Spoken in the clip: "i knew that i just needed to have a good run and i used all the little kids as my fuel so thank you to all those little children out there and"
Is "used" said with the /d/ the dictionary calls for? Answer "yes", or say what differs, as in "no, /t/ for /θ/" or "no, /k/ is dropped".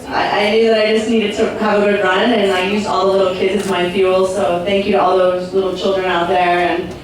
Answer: no, /d/ is dropped